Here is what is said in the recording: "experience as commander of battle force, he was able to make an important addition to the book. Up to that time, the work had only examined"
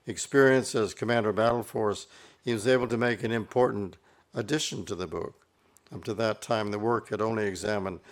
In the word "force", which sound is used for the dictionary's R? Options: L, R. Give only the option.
R